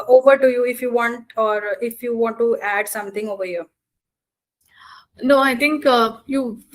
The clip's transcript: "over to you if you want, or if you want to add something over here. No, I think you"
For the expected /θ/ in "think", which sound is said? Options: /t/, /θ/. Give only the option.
/t/